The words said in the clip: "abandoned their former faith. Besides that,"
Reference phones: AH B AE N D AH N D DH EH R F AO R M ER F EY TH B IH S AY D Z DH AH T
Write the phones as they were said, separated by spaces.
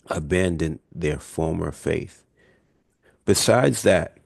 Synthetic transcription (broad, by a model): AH B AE N D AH N DH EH R F AO R M ER F EY TH B IH S AY D Z DH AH T